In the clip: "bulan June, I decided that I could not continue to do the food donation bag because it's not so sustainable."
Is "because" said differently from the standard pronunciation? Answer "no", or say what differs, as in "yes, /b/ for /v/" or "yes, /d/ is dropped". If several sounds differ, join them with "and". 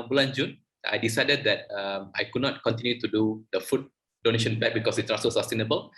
yes, /s/ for /z/